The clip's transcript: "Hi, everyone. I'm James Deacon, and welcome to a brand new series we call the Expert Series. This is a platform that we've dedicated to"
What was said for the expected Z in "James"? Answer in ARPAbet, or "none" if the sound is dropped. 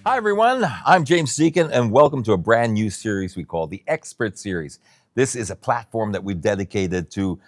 Z